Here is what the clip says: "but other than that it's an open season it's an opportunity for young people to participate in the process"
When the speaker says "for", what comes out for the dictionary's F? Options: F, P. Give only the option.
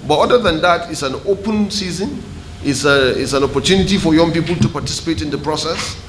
F